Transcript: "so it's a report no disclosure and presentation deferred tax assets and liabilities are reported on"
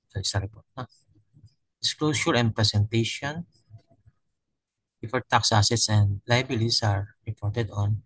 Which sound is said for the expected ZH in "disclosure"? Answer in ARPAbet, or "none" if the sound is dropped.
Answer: S